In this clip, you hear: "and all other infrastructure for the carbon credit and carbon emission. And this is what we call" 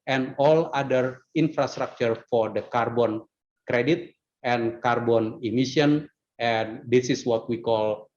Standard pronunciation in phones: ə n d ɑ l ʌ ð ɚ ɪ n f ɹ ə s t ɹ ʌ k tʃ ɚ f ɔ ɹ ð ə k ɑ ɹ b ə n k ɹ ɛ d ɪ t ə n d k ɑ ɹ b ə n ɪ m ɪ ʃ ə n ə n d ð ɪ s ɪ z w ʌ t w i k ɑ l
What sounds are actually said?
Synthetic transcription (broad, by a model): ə n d ɑ l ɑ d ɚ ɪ n f ɹ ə s t ɹ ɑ k tʃ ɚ f ɔ ɹ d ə k ɑ ɹ b ə n k ɹ ɛ d ɪ t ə n k ɑ ɹ b ə n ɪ m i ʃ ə n ə n d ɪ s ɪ s w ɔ t w i k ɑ l